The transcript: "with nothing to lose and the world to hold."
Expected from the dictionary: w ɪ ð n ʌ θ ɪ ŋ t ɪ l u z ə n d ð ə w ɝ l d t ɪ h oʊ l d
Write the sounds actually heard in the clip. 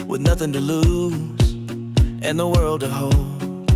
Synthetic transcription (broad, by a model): w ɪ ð n ʌ θ ɪ ŋ t ɪ l u z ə n ð ə w ɝ l d t ɪ h oʊ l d